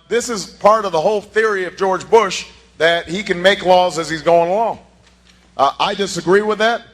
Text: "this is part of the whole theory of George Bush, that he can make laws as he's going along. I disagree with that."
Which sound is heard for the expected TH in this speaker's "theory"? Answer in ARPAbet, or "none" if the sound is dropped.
TH